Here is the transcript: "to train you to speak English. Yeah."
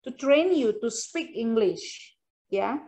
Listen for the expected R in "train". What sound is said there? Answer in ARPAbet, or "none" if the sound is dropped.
R